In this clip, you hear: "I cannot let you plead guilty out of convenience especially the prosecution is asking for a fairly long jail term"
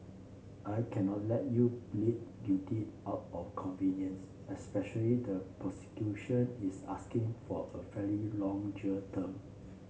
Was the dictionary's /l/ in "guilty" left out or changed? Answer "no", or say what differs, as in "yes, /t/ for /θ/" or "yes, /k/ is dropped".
yes, /l/ is dropped